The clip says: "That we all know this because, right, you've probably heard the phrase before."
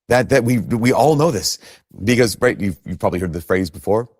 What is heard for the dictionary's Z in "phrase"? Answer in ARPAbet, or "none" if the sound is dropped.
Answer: Z